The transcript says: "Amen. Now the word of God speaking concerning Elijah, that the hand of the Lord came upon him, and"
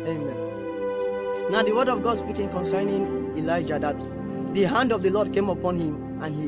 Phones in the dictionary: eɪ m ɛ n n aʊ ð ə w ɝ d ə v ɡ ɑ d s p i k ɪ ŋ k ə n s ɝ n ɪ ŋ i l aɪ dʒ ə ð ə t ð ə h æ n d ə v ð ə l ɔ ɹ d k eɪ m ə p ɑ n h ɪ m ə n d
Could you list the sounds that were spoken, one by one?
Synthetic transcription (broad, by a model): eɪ m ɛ n n aʊ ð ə w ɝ d ə v ɡ ɑ d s b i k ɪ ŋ k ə n s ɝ n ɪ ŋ i l aɪ dʒ ə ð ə t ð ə h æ n d ə v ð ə l ɔ d k eɪ m ə p ɑ n h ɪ m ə n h